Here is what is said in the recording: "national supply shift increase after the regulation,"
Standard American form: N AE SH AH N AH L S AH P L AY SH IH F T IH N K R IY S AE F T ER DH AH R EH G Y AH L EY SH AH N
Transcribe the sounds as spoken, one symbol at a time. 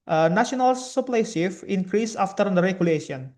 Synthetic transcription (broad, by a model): N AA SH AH N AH L S AH P L AY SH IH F IH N K R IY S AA F T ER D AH R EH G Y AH L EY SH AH N